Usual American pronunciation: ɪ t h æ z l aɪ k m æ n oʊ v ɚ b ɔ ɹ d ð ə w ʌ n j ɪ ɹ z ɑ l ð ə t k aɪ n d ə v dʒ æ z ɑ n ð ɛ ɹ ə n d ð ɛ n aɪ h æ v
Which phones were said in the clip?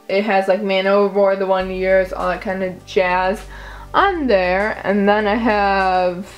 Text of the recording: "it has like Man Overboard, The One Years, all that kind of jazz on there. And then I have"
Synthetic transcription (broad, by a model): ɪ t h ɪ z l aɪ k m æ n oʊ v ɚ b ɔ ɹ ð ə w ʌ n j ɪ ɹ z ɑ l ð ə t k aɪ n d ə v dʒ æ z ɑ n ð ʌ ɹ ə n ð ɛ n aɪ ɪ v